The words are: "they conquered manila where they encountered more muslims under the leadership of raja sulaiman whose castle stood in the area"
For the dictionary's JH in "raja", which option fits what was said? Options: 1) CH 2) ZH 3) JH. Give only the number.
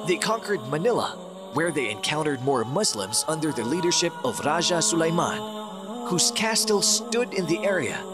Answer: 2